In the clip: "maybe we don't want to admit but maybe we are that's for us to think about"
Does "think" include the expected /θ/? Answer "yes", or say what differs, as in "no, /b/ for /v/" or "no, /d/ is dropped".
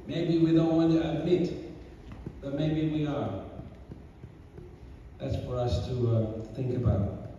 yes